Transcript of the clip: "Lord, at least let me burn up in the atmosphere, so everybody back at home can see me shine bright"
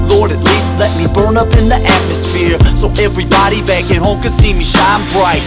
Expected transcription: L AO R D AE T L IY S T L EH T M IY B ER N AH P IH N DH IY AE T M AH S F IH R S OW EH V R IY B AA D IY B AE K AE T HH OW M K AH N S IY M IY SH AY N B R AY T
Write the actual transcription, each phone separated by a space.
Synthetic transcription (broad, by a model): L AO R D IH T L IY S T L EH T M IY B ER N AH P IH N DH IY AE T M AH S F IH R S OW EH V R IY B AA D IY B AE K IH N HH OW M K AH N S IY M IY SH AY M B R AY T